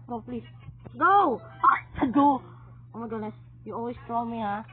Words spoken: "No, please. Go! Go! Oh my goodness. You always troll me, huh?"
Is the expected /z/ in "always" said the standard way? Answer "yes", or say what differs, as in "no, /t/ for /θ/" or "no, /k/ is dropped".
no, /s/ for /z/